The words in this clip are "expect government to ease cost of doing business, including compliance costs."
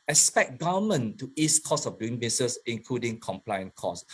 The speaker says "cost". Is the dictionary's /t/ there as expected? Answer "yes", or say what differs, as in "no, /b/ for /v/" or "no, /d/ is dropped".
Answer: no, /t/ is dropped